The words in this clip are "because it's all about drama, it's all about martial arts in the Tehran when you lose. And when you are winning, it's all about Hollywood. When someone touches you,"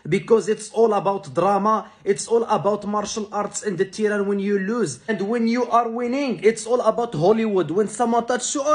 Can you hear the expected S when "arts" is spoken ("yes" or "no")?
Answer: yes